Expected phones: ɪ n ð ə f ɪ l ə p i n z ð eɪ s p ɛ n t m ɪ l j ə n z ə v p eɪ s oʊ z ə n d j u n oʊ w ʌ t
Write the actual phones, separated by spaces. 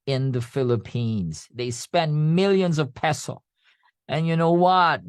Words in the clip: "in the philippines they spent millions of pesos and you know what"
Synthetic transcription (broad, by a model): ɪ n ð ə f ɪ l ə p i n z ð eɪ s p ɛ n m ɪ l j ə n z ə v p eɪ s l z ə n j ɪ n oʊ w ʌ t